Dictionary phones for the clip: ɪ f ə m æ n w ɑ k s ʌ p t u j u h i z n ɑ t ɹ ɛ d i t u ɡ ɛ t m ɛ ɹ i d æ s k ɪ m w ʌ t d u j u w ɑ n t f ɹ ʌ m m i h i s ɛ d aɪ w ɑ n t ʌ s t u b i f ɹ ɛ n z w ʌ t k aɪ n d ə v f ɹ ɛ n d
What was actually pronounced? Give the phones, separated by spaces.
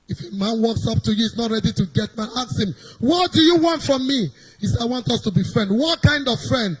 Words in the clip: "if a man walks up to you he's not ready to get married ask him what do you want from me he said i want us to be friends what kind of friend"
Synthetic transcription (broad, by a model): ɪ f ə m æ n w ɑ k s ʌ p t u j u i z n ɑ t ɹ ɛ d i t u ɡ ɛ t m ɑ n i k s ɪ m w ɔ t d u j u w ɑ n t f ɹ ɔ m m i h i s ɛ aɪ w ɑ n t ʌ s t u b i f ɹ ɛ n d w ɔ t k aɪ n d ə v f ɹ ɛ n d